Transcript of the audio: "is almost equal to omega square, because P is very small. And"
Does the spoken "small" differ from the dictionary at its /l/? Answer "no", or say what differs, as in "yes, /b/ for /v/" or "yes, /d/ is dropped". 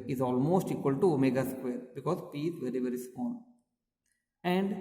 yes, /n/ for /l/